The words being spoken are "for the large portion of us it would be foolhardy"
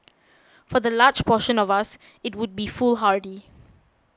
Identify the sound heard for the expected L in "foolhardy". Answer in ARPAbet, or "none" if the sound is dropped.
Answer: L